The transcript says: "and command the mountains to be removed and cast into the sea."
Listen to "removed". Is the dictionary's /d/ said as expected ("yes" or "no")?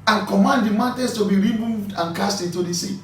yes